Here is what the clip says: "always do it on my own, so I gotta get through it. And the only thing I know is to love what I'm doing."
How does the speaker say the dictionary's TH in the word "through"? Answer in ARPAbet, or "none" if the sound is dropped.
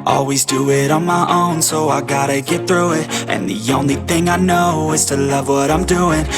TH